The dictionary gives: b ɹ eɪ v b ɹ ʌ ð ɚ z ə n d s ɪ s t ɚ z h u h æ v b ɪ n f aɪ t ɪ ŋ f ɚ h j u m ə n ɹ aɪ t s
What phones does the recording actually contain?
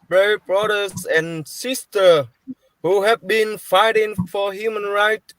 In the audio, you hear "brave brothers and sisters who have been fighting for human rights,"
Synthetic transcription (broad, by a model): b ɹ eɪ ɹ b ɹ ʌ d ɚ s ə n s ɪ s t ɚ h u h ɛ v b ɪ n f aɪ t ɪ ŋ f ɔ h j u m ə n ɹ aɪ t